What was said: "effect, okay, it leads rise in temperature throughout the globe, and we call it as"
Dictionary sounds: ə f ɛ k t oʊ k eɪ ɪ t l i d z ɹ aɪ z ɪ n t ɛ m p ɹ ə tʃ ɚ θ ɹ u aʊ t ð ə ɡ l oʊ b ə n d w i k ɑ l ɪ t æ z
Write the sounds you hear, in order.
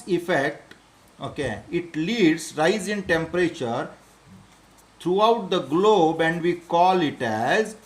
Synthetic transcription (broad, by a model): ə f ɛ k t oʊ k eɪ ɪ t l i d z ɹ aɪ z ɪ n t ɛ m p ɹ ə tʃ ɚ t ɹ u aʊ t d ə ɡ l oʊ b ə n d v i k ɑ l ɪ t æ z